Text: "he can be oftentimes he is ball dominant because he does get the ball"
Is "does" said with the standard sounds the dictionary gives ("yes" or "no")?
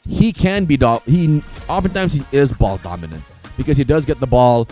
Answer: yes